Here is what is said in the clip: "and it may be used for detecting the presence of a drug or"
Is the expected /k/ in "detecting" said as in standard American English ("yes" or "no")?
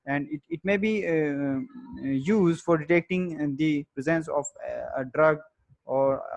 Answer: yes